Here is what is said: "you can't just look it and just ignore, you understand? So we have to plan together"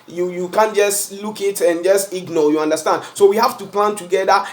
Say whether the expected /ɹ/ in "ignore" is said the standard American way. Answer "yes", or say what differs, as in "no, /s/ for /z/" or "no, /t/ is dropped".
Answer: no, /l/ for /ɹ/